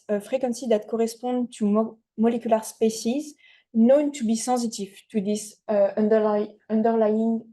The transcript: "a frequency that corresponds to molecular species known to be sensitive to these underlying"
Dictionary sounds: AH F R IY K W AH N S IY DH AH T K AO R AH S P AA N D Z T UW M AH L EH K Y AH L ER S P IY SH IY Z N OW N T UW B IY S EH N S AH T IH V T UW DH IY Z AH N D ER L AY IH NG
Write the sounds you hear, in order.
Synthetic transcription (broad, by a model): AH F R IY K W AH N S IY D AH T K AO R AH S P AA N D T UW M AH L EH K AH L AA S P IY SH IY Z N OW N T UW B IY S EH S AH T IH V T UW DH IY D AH N D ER L AY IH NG